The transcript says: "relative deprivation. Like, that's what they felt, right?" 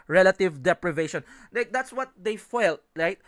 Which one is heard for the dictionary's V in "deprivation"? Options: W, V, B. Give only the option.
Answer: V